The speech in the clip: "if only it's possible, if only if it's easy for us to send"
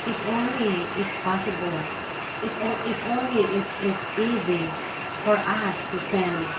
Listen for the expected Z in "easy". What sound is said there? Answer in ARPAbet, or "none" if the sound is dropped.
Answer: Z